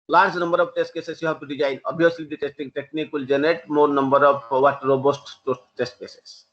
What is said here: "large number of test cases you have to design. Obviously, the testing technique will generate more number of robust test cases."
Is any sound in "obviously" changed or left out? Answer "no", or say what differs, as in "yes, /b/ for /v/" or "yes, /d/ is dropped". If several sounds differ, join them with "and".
yes, /v/ is dropped